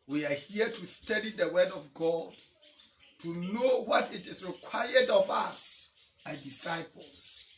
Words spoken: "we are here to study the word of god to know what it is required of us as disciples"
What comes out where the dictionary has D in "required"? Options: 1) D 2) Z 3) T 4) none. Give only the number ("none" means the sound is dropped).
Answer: 1